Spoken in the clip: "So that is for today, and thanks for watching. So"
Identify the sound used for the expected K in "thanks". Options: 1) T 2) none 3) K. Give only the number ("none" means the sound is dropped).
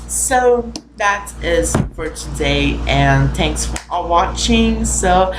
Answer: 3